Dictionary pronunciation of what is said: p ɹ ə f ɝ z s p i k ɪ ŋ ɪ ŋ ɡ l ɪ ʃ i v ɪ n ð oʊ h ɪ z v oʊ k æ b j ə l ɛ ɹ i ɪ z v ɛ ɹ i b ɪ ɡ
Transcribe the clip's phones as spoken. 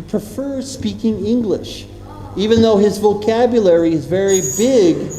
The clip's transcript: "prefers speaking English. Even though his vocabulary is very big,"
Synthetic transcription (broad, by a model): p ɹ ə f ɝ s p i k ɪ ŋ ɪ ŋ ɡ l ɪ ʃ i v ɪ n ð oʊ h ɪ z v oʊ k æ b j ə l ɛ ɹ i ɪ z v ɛ ɹ i b ɪ ɡ